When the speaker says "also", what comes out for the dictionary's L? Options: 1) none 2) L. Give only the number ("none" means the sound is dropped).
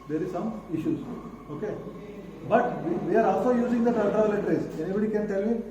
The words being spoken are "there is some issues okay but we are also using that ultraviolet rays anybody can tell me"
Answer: 2